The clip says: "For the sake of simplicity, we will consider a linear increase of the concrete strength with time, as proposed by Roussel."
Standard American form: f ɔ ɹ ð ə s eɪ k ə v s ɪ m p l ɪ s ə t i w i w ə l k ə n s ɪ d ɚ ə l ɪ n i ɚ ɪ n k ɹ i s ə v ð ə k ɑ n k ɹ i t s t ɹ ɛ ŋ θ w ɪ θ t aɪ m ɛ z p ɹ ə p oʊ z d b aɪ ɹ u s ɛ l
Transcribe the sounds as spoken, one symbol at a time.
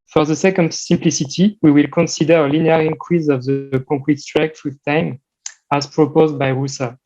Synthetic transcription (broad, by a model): f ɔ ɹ ð ə s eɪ k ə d s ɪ m p l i s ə t i w i w ə l k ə n s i d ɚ ə l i n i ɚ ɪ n k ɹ i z ə v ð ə k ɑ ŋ k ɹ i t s t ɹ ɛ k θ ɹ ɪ t aɪ m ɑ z p ɹ ə p oʊ z d b aɪ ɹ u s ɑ